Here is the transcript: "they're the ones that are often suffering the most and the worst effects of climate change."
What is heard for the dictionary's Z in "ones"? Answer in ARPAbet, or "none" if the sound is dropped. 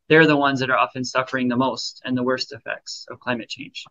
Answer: Z